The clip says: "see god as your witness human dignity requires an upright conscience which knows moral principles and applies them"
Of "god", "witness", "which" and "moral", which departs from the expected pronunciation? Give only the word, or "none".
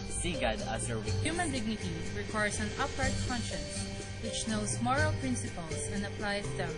witness